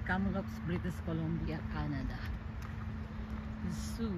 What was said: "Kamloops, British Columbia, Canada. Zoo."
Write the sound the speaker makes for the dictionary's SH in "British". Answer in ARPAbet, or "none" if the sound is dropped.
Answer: S